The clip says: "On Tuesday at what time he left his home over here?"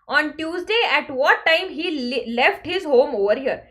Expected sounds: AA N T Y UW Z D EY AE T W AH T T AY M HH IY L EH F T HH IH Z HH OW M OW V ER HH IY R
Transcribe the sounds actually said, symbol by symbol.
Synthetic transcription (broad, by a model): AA N T Y UW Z D EY AE T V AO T T AY M HH IY L EH F T HH IH Z HH OW M OW V ER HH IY R